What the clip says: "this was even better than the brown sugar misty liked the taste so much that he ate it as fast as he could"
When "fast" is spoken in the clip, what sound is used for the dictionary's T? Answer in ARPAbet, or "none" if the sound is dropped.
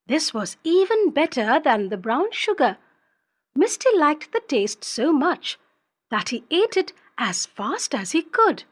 T